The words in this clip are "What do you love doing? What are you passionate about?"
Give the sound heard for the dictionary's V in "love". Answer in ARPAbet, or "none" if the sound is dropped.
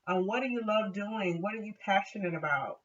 V